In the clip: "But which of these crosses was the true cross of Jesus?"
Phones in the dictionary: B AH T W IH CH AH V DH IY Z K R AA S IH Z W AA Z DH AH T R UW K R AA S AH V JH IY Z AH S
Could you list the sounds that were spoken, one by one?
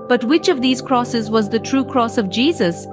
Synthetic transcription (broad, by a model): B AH T W IH CH AH V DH IY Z K R AA S IH Z W AA Z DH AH T R UW K R AA S AH V JH IY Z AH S